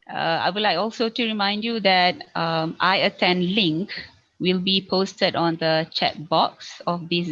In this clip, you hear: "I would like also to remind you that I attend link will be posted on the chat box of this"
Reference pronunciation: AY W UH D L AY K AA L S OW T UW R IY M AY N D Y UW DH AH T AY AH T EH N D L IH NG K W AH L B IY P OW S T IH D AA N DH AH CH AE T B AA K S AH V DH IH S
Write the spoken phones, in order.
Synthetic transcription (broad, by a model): AY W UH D L AY K AA L S OW T UW R IY M AY N D Y UW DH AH T AY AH T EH N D L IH NG K W AH L B IY P OW S T IH D AA N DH AH CH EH T B AA K S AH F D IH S